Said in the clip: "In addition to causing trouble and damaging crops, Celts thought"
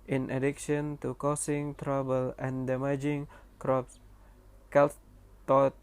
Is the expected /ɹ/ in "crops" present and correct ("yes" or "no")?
yes